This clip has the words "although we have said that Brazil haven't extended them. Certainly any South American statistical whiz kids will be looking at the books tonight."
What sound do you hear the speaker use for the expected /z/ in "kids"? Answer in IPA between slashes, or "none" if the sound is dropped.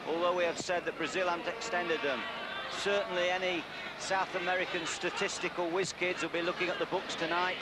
/z/